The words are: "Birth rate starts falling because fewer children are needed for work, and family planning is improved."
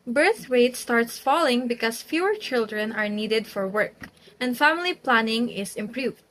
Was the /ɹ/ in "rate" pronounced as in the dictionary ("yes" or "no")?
no